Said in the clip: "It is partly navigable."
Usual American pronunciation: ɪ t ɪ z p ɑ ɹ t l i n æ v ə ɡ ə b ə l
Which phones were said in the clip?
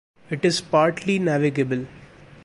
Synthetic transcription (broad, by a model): ɪ t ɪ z p ɑ ɹ t l i n æ v ə ɡ ə b ə l